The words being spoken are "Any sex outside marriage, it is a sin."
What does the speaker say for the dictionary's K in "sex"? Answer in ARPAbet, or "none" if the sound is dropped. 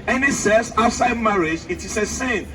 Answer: none